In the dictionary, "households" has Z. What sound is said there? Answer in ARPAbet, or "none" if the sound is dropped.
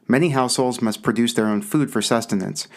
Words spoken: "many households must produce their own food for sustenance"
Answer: Z